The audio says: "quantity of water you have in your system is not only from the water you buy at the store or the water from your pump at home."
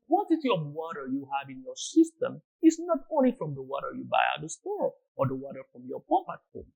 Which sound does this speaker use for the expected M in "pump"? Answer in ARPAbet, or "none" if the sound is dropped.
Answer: none